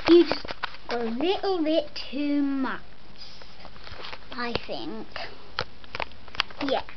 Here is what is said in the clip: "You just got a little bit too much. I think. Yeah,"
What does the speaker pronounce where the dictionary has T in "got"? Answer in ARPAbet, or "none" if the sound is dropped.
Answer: none